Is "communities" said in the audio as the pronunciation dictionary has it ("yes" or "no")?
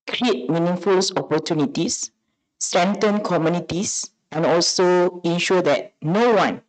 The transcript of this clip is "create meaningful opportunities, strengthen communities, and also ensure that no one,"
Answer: no